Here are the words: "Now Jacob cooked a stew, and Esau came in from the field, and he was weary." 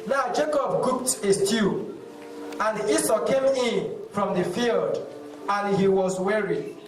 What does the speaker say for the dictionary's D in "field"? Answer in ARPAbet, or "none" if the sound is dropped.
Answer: D